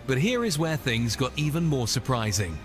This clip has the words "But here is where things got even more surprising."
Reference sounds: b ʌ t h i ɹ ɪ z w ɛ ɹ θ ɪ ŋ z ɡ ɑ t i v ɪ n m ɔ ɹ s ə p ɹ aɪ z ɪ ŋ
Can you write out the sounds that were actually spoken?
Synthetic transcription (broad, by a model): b ʌ t h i ɹ ɪ z w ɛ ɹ θ ɪ ŋ z ɡ ɑ t i v ɪ n m ɔ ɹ s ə p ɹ aɪ z ɪ ŋ